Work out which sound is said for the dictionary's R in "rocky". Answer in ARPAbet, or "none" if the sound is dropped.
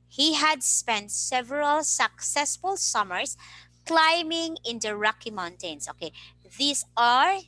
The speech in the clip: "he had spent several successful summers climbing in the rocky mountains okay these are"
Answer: R